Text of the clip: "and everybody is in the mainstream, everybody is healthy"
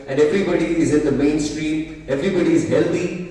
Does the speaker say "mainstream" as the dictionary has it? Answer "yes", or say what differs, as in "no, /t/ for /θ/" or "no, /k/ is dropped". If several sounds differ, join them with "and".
yes